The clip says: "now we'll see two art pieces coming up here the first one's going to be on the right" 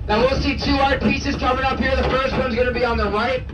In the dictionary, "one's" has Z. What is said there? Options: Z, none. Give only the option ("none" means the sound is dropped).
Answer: Z